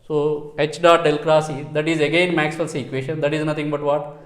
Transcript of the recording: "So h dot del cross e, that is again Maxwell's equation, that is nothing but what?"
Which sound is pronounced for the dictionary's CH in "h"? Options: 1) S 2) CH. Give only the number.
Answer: 2